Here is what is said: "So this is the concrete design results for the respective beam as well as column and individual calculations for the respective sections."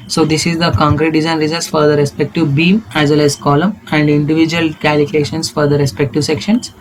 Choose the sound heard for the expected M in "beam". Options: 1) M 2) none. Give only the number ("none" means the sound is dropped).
1